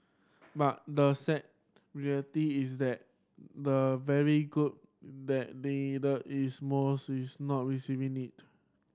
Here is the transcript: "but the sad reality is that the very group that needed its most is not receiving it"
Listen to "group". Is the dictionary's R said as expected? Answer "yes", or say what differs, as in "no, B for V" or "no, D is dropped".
no, R is dropped